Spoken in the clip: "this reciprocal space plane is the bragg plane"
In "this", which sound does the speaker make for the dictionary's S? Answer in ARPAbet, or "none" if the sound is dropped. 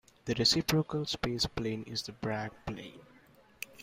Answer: none